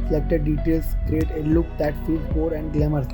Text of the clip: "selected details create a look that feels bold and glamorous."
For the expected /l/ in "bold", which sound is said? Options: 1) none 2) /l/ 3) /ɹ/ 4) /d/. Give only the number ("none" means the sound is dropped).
1